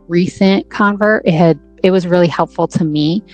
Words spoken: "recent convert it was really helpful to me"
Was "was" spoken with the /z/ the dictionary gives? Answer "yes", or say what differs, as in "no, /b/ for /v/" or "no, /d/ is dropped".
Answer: yes